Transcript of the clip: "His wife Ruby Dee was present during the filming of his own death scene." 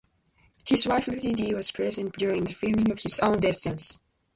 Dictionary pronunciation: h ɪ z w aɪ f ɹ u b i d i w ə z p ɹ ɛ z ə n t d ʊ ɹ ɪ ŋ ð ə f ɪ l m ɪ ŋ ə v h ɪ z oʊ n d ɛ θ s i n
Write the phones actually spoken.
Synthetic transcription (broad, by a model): h ɪ z w aɪ f l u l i d i w ə z p ɹ ɛ z ə n t d ʊ ɹ ɪ ŋ ð ə f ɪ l m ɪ ŋ ə v h ɪ z oʊ n d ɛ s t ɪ n